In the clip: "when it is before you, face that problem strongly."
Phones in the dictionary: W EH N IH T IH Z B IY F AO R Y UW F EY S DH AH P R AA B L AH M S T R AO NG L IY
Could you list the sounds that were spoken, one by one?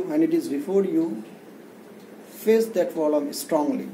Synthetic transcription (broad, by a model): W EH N IH T IH Z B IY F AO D Y UW F EY S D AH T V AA L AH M S T R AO NG L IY